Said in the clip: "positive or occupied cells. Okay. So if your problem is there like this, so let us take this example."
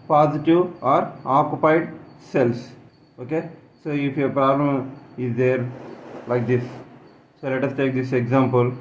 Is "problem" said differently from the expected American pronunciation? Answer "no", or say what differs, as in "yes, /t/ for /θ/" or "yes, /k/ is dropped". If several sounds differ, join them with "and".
no